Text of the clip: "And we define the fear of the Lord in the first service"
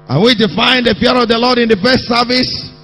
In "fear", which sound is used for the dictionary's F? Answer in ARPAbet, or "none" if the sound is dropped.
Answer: P